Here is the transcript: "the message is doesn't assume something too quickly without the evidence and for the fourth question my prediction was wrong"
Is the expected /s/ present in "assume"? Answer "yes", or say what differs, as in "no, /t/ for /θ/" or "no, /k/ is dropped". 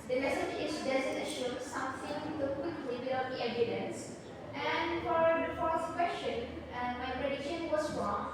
no, /ʃ/ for /s/